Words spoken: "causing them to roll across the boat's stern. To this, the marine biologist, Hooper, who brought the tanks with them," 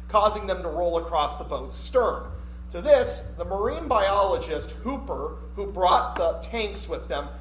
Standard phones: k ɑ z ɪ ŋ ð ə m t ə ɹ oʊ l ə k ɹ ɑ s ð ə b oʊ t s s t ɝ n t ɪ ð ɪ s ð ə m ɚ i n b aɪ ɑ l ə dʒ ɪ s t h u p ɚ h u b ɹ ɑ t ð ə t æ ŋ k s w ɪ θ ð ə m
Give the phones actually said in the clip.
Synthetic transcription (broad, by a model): k ɑ z ɪ ŋ ð ə m t ə ɹ oʊ l ə k ɹ ɑ s ð ə b oʊ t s s t ɝ n t ɪ ð ɪ s ð ə m ɚ i n b aɪ ɑ l ə dʒ ɪ s t h u p ɚ h u b ɹ ɑ t ð ə t æ ŋ k s w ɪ ð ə m